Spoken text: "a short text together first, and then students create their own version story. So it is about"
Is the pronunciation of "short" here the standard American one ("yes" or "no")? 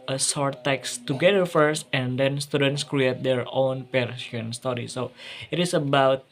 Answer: no